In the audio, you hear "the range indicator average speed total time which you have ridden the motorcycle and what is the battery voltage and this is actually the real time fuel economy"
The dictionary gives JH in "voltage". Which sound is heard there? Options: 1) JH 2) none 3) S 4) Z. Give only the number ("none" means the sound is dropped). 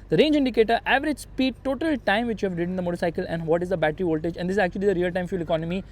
1